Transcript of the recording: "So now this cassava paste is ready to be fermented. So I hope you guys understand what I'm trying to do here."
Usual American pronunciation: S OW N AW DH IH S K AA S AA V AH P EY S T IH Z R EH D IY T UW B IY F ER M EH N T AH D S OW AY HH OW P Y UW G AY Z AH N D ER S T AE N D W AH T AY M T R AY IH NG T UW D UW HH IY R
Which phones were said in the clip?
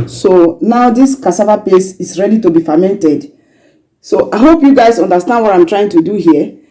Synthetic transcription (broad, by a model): S OW N AW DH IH S K AA S AA V AH P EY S IH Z R EH D IY T UW B IY F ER M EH N T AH D S OW AY HH OW P Y UW G AY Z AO N D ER S T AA N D W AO T AY M T R AY IH NG T UW D UW HH IY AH